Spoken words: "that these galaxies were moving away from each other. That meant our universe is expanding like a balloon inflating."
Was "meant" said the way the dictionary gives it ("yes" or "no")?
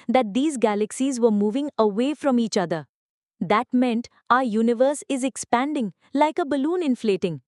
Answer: yes